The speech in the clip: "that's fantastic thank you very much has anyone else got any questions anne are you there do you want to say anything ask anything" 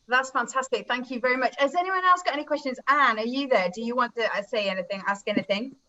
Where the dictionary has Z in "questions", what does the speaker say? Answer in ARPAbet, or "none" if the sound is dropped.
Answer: Z